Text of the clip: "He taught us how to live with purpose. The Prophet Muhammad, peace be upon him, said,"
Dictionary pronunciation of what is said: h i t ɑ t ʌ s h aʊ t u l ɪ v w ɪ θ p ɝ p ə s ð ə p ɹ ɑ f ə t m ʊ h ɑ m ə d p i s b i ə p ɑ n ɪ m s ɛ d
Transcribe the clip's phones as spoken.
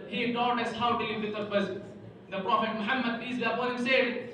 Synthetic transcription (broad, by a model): h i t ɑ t ʌ s h aʊ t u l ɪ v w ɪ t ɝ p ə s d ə p ɹ ɑ f ə t m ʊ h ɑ m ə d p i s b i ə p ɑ ɪ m s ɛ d